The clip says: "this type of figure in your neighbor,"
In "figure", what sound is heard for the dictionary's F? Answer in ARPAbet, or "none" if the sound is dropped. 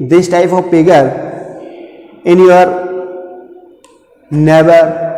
P